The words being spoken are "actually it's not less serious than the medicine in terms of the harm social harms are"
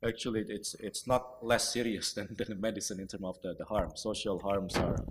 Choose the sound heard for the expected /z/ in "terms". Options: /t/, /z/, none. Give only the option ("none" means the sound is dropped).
none